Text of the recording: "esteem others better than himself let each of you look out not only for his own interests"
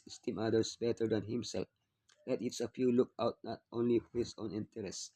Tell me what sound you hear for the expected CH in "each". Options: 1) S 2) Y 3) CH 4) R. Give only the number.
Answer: 1